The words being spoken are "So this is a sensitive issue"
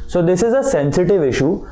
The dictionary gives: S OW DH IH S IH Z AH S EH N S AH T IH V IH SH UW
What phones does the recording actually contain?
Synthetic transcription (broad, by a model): S OW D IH S IH Z AH S EH N S AH T IH V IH SH UW